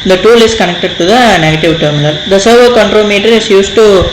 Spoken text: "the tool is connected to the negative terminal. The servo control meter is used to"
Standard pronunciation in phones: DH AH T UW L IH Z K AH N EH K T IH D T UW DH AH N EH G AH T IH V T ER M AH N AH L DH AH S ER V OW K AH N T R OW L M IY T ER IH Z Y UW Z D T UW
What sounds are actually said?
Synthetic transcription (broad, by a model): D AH T UW L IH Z K AH N EH K T IH D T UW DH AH N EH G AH T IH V T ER M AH L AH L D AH S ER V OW K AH N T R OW M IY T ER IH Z Y UW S T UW